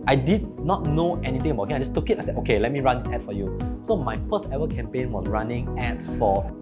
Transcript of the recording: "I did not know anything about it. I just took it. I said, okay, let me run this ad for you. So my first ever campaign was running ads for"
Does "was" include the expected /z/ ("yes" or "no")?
no